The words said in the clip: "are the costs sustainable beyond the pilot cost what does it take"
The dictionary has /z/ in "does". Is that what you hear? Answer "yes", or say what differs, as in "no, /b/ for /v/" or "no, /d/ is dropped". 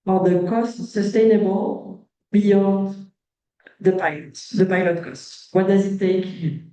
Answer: yes